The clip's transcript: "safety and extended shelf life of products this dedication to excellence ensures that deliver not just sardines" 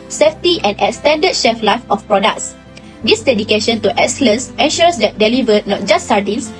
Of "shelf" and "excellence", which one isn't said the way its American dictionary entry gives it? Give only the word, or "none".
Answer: shelf